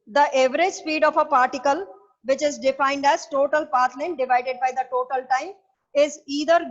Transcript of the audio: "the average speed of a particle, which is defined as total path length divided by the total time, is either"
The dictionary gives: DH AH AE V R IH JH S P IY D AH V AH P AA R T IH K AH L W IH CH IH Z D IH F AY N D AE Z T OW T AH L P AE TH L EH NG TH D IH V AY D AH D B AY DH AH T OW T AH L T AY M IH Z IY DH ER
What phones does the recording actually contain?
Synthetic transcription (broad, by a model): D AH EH V R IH JH S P IY D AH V AH P AA R T IH K AH L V IH CH IH Z D IH F AY N D AE Z T OW T AH L P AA T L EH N D IH V AY D AH D B AY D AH T OW T AH L T AY M IH Z IY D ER